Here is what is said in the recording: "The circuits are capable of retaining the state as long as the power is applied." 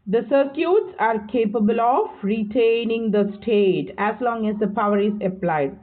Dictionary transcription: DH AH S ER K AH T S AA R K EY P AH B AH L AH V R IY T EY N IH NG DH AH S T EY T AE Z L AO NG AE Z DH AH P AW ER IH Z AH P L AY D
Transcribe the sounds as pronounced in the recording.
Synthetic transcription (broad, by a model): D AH S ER K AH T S AA R K EY P AH B AH L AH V R IY T EY N IH NG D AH S T EY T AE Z L AO NG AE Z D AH P AW ER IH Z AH P L AY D